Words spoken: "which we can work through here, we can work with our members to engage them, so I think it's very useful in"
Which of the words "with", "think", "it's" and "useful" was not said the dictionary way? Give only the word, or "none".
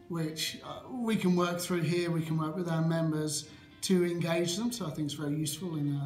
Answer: none